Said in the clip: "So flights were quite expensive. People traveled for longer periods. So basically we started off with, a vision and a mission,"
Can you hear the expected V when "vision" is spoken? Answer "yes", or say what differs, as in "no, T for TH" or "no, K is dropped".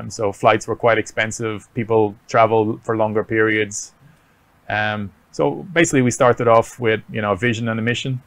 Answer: yes